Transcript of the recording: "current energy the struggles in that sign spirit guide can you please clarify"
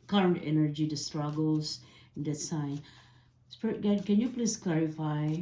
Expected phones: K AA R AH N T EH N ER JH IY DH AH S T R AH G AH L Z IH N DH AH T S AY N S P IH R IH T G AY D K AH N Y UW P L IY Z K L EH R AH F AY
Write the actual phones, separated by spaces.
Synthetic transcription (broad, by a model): K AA R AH N T EH N ER JH IY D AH S T R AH G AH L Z IH N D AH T S AY N S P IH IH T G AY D K AH N Y UW P L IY S K L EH R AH F AY